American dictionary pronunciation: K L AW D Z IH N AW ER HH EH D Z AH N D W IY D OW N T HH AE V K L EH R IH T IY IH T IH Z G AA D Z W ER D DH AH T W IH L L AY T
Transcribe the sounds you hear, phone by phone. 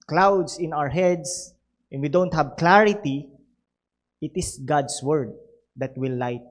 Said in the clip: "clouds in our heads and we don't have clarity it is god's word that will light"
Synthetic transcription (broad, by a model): K L AW D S IH N AW ER HH EH D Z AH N W IY D OW N T HH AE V K L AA R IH T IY IH T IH S G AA D S W ER D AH T W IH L L AY T